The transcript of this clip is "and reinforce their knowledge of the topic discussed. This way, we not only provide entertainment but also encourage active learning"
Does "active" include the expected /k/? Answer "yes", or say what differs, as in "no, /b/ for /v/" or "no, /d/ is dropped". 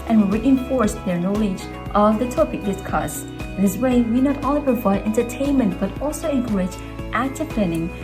no, /k/ is dropped